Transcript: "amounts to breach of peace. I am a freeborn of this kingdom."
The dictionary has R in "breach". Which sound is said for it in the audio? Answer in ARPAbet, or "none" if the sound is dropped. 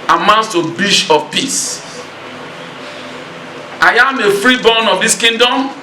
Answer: none